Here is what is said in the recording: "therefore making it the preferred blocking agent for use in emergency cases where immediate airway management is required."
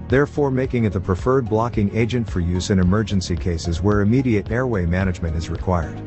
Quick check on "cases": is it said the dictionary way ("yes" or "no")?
yes